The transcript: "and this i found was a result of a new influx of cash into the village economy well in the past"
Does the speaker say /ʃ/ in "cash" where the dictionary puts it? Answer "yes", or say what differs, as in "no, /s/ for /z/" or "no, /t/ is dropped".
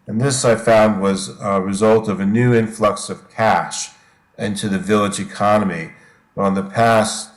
yes